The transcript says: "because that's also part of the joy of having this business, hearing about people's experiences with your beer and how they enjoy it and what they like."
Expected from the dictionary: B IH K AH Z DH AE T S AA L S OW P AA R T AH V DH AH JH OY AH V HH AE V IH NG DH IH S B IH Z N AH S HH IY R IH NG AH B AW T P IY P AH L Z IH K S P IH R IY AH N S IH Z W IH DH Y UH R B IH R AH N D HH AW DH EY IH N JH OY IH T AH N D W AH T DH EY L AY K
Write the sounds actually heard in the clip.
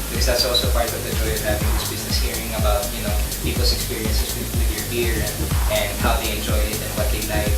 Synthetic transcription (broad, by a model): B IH K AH Z DH AE T S AA L S OW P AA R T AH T DH AH JH OY AH V HH AE V IH NG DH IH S B IH Z N AH S HH IY R IH NG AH B AW T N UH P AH L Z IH K S P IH R IY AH N S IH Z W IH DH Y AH R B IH R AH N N HH AW DH EY IH N JH OY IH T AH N W AH T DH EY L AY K